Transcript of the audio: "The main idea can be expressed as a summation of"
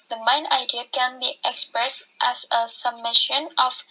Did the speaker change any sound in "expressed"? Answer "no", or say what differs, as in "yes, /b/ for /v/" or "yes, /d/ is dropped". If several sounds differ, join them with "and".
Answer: no